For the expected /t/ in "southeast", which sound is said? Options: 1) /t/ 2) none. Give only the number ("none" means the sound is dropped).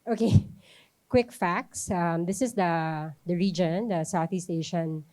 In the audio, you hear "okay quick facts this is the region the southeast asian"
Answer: 1